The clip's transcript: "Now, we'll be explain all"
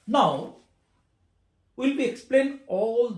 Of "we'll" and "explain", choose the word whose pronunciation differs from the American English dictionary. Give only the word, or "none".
none